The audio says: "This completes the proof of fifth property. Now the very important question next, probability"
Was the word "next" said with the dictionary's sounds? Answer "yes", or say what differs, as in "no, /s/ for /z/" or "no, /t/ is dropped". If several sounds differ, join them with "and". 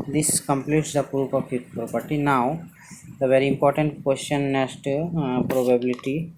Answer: no, /k/ is dropped